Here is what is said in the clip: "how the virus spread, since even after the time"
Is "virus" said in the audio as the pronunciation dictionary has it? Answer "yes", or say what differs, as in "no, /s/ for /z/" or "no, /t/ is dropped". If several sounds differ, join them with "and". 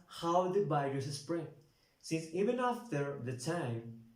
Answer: no, /b/ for /v/